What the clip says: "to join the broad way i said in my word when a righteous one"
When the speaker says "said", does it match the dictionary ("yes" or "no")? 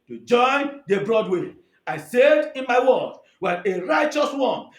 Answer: yes